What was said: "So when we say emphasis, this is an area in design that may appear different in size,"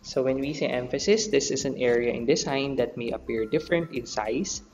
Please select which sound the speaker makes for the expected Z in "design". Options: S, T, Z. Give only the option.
S